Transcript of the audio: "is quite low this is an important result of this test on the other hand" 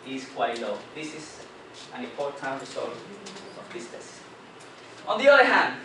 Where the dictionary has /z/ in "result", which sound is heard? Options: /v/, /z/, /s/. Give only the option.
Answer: /s/